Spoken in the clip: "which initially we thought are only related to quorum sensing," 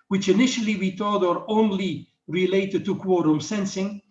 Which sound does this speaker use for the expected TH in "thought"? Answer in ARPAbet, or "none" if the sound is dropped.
T